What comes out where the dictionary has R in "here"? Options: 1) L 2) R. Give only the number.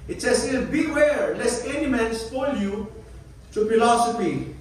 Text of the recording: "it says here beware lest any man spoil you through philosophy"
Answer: 1